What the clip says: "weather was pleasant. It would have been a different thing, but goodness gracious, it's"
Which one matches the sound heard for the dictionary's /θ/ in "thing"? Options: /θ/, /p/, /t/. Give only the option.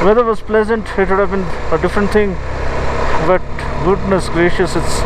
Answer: /t/